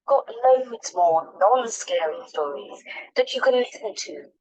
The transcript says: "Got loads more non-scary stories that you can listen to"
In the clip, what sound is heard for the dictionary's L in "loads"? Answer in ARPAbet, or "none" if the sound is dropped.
N